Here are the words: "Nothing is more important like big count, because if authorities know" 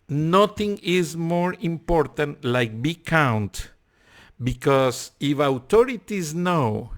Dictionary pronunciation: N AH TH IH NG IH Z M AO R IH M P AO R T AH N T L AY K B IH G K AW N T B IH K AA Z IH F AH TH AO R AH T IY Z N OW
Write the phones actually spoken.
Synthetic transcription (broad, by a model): N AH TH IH NG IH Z M AO R IH M P AO R T AH N T L AY K B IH K AW N T B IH K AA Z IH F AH T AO R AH T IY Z N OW